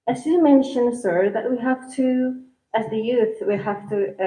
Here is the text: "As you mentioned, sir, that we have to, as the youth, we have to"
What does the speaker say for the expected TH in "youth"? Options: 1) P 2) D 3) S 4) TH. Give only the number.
4